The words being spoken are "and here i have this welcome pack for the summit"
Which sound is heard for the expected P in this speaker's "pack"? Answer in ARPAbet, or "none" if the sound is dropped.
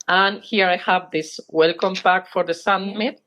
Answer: B